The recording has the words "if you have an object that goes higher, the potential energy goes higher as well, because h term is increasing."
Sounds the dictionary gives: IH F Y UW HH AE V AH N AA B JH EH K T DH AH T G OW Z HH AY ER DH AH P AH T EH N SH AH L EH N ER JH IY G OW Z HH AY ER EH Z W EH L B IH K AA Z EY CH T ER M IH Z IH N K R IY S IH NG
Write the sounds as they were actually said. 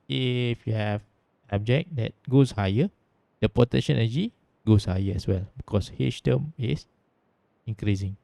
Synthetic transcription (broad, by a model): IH F Y UW HH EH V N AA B JH EH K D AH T G OW S HH AY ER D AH P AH T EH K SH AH N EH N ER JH IY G OW S HH AY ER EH S W EH L B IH K AA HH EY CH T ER M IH S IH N K R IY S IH NG